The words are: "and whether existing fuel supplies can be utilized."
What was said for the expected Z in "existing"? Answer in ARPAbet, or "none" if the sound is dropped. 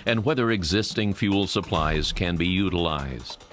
Z